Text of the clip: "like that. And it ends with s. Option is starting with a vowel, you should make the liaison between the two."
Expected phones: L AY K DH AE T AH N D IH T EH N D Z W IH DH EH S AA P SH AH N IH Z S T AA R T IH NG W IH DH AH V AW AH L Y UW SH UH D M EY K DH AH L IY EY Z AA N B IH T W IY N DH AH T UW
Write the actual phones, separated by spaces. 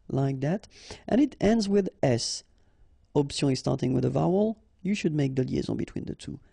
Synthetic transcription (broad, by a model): L AY K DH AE T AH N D IH T EH N D Z W IH DH EH S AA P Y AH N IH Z S T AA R T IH NG W IH DH AH V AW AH L Y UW SH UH D M EY K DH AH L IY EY Z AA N B IH T W IY N DH AH T UW